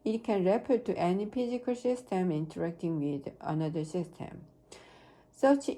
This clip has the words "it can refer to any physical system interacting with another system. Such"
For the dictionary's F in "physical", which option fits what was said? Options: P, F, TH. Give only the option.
P